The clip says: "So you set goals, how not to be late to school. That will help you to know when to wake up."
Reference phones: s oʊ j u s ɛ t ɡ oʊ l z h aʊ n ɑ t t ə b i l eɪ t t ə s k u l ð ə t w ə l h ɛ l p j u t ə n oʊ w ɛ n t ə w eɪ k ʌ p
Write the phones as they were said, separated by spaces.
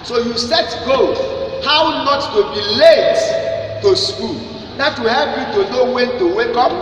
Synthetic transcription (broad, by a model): s oʊ j u s ɛ t ɡ oʊ h aʊ n ɑ t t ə b i l eɪ t t ə s k u l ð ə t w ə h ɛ p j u t ə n oʊ w ɛ n t ə w eɪ k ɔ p